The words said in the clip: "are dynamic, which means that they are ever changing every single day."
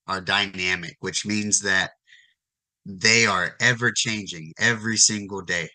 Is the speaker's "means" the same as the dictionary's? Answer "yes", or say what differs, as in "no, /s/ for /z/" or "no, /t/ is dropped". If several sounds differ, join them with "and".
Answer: yes